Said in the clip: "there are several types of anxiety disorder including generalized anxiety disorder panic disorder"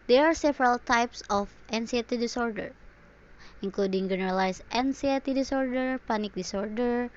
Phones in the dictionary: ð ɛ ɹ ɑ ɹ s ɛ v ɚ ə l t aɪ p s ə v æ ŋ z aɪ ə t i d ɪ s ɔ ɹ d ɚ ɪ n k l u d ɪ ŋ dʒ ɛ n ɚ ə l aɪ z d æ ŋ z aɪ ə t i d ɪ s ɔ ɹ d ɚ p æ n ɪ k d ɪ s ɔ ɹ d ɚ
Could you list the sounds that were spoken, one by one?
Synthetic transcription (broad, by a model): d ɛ ɹ ɑ ɹ s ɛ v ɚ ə l t aɪ p s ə f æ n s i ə t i d ɪ s ɔ ɹ d ɚ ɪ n k l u d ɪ ŋ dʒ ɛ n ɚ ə l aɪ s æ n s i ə t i d ɪ s ɔ ɹ d ɚ p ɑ n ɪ k d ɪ s ɔ ɹ d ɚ